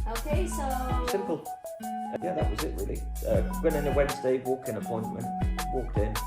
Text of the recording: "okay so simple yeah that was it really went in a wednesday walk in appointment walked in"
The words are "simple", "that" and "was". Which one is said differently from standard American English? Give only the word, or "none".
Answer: none